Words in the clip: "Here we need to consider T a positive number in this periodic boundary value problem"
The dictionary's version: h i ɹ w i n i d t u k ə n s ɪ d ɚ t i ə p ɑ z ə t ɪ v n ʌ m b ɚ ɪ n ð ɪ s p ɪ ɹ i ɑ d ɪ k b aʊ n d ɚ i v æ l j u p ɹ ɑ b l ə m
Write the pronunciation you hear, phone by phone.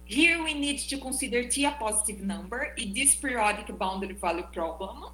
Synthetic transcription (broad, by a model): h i ɹ w i n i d t u k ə s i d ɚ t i ə p ɑ z ə t ɪ v n ʌ m b ɚ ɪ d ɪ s p ɹ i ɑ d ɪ k b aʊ n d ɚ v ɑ l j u p ɹ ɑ b l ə m